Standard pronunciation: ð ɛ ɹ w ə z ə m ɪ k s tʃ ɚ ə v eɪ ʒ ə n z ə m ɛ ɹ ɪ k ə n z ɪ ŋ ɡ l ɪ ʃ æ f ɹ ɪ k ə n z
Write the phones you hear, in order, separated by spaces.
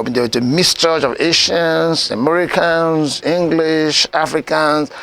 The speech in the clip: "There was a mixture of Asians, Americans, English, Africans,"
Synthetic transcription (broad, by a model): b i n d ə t ə m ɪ s tʃ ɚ ə v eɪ ʃ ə n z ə m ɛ ɹ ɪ k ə n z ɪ ŋ ɡ l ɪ ʃ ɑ f ɹ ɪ k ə n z